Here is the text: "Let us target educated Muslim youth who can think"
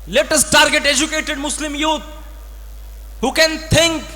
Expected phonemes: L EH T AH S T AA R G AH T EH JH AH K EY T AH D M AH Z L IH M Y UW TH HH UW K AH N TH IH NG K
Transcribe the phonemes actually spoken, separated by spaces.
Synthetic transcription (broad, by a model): L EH T AH S T AA R G AH T EH JH AH K EY T AH D M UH S L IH M Y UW T HH UW K AH N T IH NG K